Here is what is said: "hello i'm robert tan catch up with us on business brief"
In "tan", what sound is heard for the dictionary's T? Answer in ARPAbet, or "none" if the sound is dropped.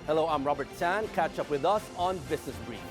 S